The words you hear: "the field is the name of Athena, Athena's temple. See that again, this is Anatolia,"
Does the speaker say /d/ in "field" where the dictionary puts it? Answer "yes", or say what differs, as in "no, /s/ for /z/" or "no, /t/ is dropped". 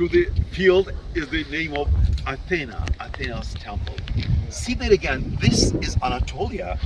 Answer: yes